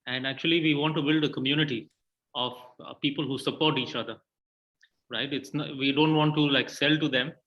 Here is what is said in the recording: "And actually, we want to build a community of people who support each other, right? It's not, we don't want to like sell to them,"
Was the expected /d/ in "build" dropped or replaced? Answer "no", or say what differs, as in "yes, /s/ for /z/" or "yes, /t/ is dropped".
no